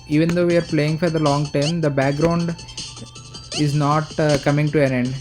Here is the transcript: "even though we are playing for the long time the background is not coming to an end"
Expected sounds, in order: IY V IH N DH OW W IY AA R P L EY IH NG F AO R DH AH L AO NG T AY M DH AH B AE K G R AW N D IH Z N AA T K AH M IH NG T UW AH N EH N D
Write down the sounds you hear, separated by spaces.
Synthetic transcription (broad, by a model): IY V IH N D OW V IY AA R P L EY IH NG F AO R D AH L AO NG T AY M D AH B AE K G R AW N D IH Z N AA T K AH M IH NG T UW AH N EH N D